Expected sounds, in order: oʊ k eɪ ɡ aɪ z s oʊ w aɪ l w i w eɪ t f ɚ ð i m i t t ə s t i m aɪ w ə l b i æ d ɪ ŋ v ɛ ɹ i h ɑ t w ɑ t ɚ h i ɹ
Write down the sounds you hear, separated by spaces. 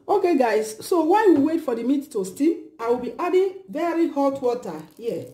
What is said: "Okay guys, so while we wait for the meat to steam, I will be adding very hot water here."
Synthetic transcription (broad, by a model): oʊ k eɪ ɡ aɪ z s oʊ w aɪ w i w eɪ t f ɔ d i m i t t ə s t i aɪ w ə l b i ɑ d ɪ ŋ v ɛ ɹ i h ɑ t w ɑ t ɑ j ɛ